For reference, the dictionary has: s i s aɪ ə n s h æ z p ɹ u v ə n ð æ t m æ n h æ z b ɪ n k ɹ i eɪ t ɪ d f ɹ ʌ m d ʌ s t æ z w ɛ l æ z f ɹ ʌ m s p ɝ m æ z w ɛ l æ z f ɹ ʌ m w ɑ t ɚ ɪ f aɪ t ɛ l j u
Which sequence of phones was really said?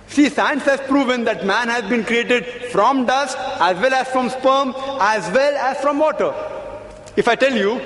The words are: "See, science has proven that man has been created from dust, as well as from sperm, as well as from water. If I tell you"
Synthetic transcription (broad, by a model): s i s aɪ ə n s h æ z p ɹ u v ə n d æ t m æ n h æ z b ɪ n k ɹ i eɪ t ɪ d f ɹ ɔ m d ʌ s t æ z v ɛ l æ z f ɹ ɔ m s p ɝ m æ z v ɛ l æ z f ɹ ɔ m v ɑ t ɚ ɪ f aɪ t ɛ l j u